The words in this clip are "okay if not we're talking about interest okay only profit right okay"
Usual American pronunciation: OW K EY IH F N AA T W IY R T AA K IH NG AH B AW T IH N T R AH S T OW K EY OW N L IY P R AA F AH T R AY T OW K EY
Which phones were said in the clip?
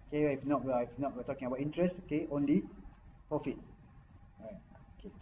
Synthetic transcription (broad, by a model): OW K EY IH F N AA T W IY W T AA K IH NG AH B AW T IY N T R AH S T OW K EY OW N L IY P R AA F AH T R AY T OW K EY